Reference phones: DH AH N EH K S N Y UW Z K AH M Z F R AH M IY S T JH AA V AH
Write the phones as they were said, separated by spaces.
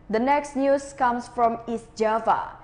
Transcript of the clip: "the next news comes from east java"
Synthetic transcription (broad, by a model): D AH N EH K S N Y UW S K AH M S F R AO M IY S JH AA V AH